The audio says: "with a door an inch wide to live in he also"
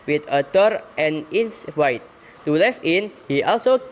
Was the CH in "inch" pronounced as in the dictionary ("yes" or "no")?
no